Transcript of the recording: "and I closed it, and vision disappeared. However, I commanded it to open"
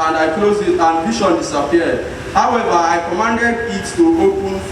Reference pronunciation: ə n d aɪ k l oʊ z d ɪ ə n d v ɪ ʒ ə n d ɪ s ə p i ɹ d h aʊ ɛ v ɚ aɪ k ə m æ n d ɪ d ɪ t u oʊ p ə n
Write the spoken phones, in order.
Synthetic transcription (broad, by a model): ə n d aɪ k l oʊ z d ɪ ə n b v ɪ ʃ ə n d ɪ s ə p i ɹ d h aʊ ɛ v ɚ aɪ k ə m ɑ n d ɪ d ɪ t u oʊ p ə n